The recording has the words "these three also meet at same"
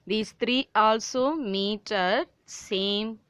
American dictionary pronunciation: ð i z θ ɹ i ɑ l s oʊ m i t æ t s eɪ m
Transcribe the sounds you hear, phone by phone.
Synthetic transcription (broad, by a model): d i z t ɹ i ɑ l s oʊ m i t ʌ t s eɪ m